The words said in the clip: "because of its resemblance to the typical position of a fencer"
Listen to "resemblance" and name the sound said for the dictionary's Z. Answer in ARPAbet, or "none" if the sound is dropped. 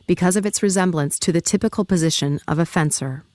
Z